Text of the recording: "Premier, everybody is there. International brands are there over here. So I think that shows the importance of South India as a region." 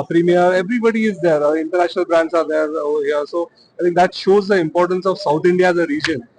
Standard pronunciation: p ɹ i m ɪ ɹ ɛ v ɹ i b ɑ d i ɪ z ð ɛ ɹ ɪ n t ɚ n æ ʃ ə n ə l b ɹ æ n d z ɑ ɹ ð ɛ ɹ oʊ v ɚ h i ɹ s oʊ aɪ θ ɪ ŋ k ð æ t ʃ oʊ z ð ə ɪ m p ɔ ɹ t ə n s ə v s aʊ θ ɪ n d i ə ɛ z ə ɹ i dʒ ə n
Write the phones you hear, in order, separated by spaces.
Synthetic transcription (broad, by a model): p ɹ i m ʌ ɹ ɛ v ɹ i b ɑ d i ɪ z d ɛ ɹ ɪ n t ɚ n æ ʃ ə n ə l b ɹ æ n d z ɑ ɹ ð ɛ ɹ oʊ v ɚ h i ɹ s oʊ aɪ t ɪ ŋ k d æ t ʃ oʊ z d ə ɪ m p ɔ ɹ t ə n s ə v s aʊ t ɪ n d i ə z ə ɹ i dʒ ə n